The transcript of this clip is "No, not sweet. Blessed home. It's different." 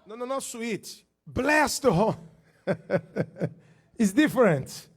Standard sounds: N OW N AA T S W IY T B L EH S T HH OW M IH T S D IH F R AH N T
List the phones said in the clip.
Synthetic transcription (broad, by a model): N OW N AA T S W IY T B L EH S T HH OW IH T S D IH F R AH N T